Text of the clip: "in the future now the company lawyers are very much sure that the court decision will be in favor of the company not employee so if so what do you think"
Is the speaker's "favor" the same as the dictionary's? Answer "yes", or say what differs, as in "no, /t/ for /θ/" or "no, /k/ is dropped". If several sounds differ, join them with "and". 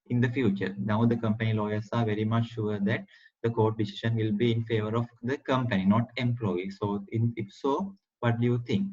yes